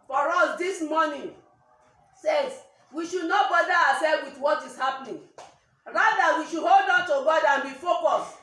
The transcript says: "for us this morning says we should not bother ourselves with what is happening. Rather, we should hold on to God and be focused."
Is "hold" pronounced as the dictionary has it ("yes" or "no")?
yes